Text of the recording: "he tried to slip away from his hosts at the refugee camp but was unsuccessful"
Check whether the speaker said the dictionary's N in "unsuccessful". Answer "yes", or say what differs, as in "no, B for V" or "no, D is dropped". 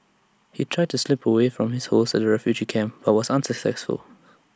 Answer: yes